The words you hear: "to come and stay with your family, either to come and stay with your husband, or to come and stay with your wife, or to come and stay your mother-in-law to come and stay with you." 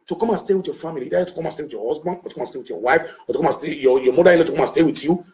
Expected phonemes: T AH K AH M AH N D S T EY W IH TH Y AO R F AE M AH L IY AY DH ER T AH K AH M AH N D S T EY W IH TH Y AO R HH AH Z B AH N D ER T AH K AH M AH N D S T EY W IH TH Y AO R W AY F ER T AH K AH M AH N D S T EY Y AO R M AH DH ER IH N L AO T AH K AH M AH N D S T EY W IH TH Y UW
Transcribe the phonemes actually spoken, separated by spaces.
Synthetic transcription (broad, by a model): T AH K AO M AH N S T EY W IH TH Y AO F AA M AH L IY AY ER T AH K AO M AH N S T EY W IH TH Y AO HH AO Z B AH N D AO T AH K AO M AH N S T EY W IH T Y AO W AY F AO T AH K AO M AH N S T EY Y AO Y M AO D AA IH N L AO T AH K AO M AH N S T EY W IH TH Y UW